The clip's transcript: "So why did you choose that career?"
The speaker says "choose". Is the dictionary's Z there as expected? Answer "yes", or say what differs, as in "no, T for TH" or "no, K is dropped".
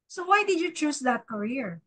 no, S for Z